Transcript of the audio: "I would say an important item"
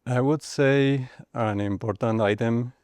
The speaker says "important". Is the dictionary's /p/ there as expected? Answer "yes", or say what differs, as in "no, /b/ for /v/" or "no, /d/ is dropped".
no, /b/ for /p/